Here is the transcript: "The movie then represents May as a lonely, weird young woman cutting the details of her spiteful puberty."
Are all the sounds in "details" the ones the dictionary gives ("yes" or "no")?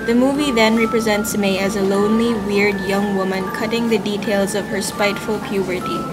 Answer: yes